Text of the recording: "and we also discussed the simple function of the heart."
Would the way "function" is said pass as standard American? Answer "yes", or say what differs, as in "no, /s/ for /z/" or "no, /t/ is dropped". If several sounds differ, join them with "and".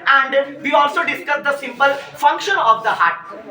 yes